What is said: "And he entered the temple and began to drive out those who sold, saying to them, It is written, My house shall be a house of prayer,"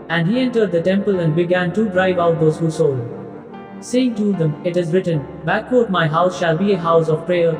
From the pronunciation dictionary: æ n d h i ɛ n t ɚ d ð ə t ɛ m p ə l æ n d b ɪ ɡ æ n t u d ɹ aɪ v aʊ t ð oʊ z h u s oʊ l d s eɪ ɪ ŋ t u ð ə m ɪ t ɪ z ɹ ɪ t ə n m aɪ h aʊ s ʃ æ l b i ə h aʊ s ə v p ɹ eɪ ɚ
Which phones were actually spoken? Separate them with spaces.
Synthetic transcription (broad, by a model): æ n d h i ɛ n t ɚ d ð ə t ɛ m p ə l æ n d b ɪ ɡ æ n t u d ɹ aɪ v aʊ t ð oʊ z h u s oʊ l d s eɪ ɪ ŋ t u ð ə m ɪ t ɪ z ɹ ɪ t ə n m aɪ h aʊ s ʃ æ l b i ə h aʊ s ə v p ɹ eɪ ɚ